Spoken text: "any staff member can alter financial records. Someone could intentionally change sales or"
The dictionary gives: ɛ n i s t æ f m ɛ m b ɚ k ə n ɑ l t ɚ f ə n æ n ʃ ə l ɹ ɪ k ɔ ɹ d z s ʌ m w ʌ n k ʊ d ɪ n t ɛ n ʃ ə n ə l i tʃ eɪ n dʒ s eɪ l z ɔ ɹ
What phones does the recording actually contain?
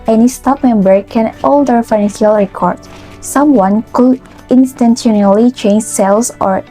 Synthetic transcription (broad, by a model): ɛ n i s t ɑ p m ɛ m b ɚ k ə n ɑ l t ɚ f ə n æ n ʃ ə l ɹ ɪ k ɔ ɹ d s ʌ m w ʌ n k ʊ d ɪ n t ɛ n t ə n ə l i tʃ eɪ n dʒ s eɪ l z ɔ ɹ